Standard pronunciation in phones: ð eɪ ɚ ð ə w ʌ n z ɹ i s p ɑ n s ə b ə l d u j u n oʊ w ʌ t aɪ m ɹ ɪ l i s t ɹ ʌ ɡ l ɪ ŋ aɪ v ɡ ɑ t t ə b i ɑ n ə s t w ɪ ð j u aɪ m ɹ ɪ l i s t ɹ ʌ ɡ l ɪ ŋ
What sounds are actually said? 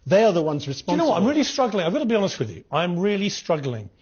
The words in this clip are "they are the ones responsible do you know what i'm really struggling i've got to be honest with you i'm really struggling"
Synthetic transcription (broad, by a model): ð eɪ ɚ ð ə w ʌ n z ɹ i s p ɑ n ə ə w ʌ t aɪ m ɹ ɪ l i s t ɹ ʌ ɡ l ɪ ŋ aɪ v ɡ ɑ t t ə b i ɑ n ə s t w ɪ ð j u aɪ m ɹ ɪ l i s t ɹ ʌ ɡ l ɪ ŋ